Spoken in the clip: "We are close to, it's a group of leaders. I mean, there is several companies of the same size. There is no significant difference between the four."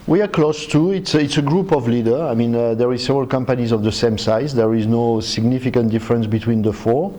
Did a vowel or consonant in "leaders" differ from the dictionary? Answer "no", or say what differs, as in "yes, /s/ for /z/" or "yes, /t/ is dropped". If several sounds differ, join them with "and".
yes, /z/ is dropped